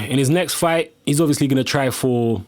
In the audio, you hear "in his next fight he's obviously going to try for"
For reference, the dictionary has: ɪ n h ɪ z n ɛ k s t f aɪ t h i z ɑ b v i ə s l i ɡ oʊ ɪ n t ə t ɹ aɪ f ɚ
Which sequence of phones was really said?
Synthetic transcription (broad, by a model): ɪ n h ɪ z n ɛ k s t f aɪ t h i z ɑ b v i ə s l i ɡ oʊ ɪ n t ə t ɹ aɪ f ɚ